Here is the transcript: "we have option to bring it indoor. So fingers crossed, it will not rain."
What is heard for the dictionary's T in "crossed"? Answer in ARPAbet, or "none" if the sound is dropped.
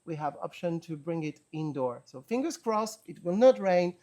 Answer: none